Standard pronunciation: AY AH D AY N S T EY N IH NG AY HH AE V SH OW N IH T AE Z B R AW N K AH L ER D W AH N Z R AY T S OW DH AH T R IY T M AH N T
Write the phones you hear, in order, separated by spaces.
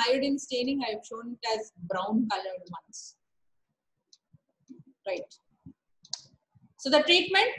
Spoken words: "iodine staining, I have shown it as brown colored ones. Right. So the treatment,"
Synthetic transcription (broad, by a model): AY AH D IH N S T EY N IH NG AY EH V SH OW N IH T AE Z B R AW N K AH L ER D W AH N S R AY T S OW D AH T R IY T M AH N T